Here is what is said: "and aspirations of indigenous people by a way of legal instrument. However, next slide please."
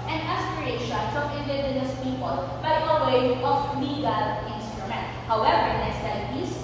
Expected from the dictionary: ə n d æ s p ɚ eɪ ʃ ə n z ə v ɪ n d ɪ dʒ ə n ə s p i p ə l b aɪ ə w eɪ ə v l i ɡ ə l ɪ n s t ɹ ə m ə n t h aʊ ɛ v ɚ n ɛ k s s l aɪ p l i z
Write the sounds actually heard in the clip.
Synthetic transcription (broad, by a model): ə n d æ s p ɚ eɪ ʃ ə n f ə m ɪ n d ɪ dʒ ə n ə s p i p ə l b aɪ ə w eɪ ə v l i ɡ ə l ɪ n s t ɹ ə m ə n t h aʊ ɛ v ɚ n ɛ s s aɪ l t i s